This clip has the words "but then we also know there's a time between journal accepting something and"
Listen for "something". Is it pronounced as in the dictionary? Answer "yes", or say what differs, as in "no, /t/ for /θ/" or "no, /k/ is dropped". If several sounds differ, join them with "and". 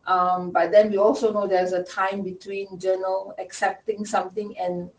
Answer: no, /t/ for /θ/